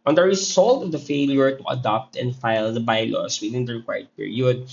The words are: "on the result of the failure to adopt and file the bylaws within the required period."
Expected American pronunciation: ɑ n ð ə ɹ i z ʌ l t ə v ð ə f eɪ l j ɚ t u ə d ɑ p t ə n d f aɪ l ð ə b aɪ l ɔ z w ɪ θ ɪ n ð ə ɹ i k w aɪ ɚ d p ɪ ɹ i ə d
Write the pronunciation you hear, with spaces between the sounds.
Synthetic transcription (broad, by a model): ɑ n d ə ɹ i s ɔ l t ə v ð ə f eɪ l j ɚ t u ə d ɑ p t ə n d f aɪ l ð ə b aɪ l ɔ s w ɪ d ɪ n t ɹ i k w aɪ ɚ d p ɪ ɹ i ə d